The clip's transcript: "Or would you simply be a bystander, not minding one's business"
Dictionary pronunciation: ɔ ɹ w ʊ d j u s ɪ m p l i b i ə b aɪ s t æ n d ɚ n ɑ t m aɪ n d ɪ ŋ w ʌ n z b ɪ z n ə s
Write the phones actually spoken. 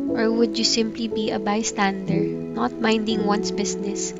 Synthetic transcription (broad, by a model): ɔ ɹ w ʊ d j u s ɪ m p l i b i ə b aɪ s t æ n d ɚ n ɑ t m aɪ n d ɪ ŋ w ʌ n s b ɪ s n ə s